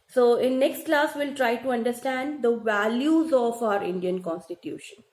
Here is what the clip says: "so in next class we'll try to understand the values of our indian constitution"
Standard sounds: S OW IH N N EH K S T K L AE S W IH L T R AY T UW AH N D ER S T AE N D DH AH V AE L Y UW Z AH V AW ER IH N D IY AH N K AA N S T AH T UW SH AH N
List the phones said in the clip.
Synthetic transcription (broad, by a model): S OW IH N N EH K S T K L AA S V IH L T R AY T UW AH N D ER S T AE N D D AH V AE L Y UW Z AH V AW ER IH N D IY AH N K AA N S T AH T UW SH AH N